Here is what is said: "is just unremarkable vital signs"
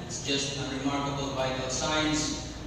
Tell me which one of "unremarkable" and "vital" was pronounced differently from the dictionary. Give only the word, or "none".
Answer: vital